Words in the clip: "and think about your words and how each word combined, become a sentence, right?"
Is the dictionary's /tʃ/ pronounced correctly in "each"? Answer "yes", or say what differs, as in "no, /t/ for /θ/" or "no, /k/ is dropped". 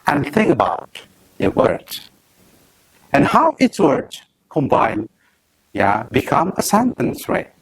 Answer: no, /s/ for /tʃ/